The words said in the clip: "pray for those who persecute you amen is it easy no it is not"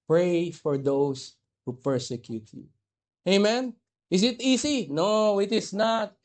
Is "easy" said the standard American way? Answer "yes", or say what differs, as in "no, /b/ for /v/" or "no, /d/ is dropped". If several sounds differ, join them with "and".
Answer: no, /s/ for /z/